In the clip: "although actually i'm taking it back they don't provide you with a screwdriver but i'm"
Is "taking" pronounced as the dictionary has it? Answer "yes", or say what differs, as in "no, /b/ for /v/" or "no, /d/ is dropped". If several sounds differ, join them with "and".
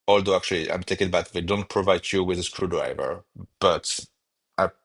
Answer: no, /k/ is dropped